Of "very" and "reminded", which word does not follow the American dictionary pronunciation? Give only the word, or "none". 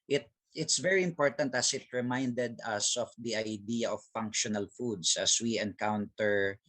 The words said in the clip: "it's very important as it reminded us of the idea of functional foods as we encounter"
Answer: none